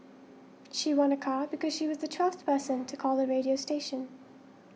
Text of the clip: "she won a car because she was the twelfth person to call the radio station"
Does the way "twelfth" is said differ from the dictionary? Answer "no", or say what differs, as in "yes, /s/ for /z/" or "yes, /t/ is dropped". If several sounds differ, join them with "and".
no